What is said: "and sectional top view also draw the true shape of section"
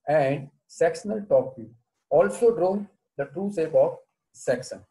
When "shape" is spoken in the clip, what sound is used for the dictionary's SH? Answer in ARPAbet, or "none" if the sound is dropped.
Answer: S